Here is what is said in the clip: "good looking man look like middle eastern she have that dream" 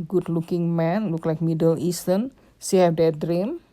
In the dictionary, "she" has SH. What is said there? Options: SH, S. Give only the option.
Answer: S